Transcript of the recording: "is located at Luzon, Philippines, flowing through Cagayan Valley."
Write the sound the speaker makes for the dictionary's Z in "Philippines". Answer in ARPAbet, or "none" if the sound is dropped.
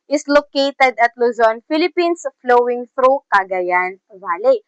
S